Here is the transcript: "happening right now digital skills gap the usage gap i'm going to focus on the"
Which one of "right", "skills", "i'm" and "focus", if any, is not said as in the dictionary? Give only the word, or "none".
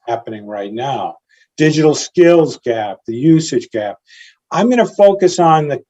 none